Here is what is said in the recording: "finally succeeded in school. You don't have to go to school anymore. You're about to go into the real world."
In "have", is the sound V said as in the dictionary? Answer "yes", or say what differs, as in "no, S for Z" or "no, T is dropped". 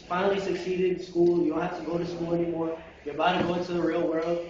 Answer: no, F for V